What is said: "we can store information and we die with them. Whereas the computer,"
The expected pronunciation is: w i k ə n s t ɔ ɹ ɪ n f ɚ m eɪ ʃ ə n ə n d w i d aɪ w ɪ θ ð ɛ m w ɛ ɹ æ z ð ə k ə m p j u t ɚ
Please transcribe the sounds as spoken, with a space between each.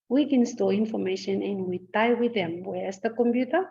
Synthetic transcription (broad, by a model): w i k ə n s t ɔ l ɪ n f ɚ m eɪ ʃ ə n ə n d w i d aɪ w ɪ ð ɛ m w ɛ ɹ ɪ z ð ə k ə m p j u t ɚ